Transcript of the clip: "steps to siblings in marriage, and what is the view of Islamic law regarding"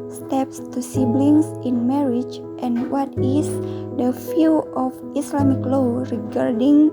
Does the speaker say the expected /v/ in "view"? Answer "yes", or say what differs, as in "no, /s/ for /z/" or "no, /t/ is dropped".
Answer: no, /f/ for /v/